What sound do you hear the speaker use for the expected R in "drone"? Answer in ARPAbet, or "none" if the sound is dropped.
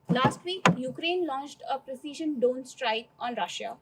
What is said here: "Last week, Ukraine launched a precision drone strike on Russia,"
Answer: none